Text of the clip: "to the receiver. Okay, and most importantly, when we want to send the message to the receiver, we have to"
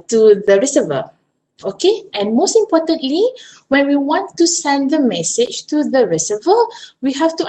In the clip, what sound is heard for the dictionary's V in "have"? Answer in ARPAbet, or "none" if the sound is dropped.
F